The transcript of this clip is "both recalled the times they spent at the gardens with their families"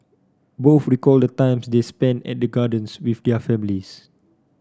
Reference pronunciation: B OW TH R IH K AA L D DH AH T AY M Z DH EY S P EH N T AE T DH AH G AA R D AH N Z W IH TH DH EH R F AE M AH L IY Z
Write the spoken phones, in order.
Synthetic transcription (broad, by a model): B OW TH R IH K AA L D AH T AY M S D EY S P EH N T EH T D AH G AA D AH N S W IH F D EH F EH M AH L IY S